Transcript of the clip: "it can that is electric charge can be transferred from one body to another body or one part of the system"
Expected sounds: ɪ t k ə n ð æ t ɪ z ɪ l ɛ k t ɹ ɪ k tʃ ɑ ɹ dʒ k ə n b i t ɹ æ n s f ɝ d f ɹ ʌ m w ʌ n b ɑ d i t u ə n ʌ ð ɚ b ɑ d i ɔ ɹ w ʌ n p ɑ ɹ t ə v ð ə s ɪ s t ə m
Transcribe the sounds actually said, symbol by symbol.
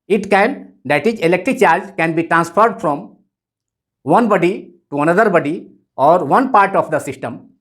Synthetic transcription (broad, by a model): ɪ t k ə n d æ t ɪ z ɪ l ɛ k t ɹ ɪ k tʃ ɑ ɹ dʒ k ə n b i t ɹ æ n s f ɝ d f ɹ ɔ m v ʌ n b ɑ d i t u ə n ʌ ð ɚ b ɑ d i ɔ ɹ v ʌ n p ɑ ɹ t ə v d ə s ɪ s t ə m